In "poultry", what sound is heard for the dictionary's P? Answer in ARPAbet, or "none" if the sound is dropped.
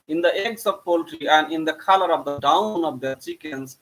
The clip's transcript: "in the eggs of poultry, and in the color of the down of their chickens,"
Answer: P